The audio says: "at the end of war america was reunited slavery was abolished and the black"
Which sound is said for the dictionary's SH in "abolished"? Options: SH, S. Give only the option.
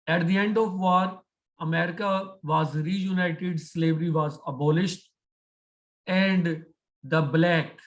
SH